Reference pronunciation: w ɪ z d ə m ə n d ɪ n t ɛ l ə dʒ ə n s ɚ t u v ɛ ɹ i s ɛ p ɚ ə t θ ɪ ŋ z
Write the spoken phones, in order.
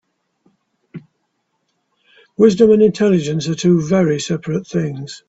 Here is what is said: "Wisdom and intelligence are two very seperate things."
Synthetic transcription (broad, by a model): w ɪ z d ə m ə n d ɪ n t ɛ l ə dʒ ə n s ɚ t u v ɛ ɹ i s ɛ p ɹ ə t θ ɪ ŋ z